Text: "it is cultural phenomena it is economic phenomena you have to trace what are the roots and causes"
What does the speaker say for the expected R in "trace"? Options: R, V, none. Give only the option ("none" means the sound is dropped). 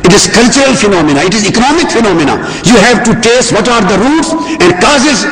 none